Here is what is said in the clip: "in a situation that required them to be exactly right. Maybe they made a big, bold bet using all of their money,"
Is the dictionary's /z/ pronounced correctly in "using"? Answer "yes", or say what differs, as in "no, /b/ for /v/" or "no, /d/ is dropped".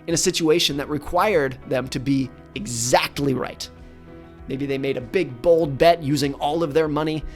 yes